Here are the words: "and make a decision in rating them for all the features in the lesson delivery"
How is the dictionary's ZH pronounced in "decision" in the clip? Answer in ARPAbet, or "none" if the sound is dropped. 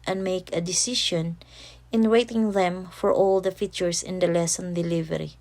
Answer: SH